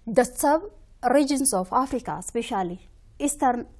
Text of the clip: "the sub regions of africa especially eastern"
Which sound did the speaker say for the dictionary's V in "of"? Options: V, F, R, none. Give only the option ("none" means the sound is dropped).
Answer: F